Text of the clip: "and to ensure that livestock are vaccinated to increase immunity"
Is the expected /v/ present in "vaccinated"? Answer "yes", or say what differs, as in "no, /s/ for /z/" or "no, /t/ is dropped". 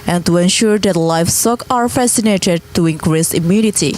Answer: no, /f/ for /v/